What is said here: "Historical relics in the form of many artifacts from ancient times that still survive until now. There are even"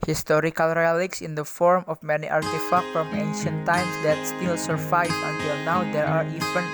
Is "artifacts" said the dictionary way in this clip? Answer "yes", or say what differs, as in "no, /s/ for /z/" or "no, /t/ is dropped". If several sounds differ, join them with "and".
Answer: no, /s/ is dropped